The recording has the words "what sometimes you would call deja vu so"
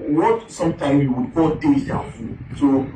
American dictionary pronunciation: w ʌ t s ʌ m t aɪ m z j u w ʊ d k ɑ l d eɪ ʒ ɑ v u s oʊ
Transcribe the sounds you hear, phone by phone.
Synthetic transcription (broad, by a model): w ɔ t s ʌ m t aɪ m j u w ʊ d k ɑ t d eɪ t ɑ f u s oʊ